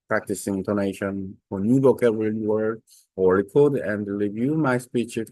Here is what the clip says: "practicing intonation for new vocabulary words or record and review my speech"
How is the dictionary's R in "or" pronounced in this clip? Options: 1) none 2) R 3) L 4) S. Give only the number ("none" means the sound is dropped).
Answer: 3